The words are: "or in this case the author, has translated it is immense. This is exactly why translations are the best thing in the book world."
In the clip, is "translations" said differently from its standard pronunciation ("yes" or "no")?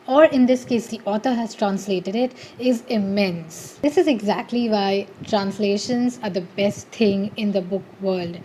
no